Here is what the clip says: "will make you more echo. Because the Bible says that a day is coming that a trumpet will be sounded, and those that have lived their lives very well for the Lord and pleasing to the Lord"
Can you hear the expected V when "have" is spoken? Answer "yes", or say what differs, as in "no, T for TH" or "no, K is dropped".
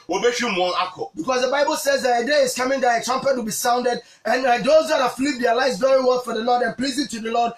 no, F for V